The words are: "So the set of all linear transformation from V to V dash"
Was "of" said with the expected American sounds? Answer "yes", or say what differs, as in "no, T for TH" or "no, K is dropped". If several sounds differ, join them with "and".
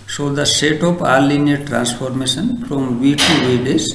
no, P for V